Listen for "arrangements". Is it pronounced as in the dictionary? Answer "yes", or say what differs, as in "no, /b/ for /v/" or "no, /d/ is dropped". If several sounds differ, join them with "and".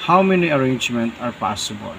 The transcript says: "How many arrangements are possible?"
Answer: no, /s/ is dropped